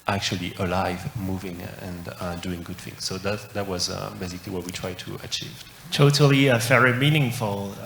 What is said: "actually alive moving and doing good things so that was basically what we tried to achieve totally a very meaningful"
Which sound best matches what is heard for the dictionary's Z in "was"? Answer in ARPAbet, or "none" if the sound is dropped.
Z